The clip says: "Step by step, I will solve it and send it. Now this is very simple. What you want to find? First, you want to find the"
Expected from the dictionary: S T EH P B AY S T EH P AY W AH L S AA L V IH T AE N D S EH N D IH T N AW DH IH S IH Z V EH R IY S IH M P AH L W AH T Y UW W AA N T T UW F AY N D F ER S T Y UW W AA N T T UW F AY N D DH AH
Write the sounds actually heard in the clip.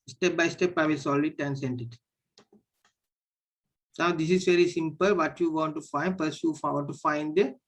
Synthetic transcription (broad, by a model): S T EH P B AY S T EH P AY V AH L S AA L IH T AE N S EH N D IH T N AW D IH S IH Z V EH R IY S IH M P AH L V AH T Y UW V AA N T T UW F AY N D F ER S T Y UW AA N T T UW F AY N D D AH